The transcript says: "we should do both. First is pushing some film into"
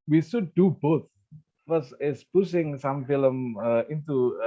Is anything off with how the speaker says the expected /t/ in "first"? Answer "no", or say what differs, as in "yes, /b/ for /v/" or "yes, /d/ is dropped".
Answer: yes, /t/ is dropped